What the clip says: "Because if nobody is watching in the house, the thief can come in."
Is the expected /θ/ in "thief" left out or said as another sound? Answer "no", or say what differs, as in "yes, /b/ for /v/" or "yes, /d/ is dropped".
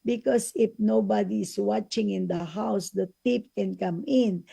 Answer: yes, /t/ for /θ/